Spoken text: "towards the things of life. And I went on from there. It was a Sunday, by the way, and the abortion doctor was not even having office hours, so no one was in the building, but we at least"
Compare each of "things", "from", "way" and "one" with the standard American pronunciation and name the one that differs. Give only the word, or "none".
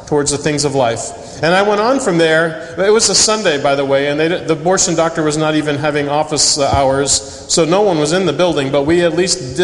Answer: none